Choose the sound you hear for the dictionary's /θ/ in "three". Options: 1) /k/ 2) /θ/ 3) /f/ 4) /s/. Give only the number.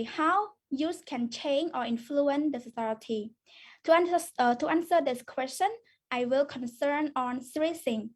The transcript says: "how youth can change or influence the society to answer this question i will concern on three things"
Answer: 4